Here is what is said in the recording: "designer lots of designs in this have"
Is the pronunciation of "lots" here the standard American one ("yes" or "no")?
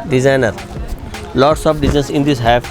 yes